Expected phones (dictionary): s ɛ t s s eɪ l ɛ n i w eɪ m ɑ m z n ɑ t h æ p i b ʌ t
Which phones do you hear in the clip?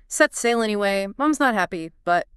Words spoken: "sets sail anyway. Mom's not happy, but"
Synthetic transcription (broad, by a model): s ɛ t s s eɪ l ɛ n i w eɪ m ɑ m z n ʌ t h æ p i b ʌ t